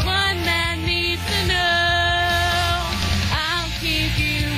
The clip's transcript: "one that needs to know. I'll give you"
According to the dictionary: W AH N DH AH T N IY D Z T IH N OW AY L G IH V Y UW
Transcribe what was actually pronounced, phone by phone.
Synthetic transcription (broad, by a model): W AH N DH AH T N IY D T IH N OW AY L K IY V Y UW